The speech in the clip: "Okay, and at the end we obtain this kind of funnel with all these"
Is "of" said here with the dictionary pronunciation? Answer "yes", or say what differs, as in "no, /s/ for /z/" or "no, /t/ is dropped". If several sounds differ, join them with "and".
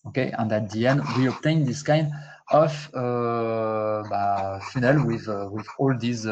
no, /b/ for /v/